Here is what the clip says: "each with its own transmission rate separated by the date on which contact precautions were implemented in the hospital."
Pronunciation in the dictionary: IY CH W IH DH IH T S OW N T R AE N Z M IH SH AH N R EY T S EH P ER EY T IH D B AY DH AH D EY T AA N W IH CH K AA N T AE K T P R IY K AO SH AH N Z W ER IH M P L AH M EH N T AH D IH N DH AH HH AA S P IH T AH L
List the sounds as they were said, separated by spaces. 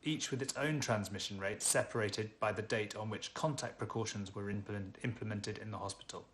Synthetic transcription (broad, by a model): IY CH W IH DH IH T S OW N T R AE N Z M IH SH AH N R EY T S EH P ER EY T IH D B AY DH AH D EY T N W IH CH K AA N T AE K P R IY K AO SH AH N Z W ER IH M P L AH M EH N T AH D IH N DH AH HH AA S P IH T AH L